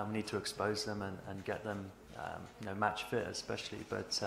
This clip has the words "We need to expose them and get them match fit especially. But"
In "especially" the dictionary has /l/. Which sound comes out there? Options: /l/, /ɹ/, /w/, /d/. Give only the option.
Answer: /l/